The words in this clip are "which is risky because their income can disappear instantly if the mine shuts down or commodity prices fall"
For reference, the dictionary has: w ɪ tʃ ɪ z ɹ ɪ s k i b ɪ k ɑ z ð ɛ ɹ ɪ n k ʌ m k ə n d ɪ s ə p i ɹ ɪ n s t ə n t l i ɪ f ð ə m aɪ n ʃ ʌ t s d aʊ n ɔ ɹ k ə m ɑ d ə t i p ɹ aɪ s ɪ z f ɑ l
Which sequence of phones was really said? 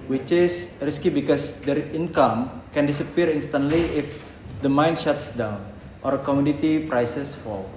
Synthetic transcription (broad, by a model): w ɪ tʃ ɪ s ɹ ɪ s k i b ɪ k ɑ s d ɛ ɹ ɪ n k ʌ m k ə n d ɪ s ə p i ɹ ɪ n s t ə n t l i ɪ f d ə m aɪ n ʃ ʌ t s d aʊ n ɔ ɹ k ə m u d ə t i p ɹ aɪ s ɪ s f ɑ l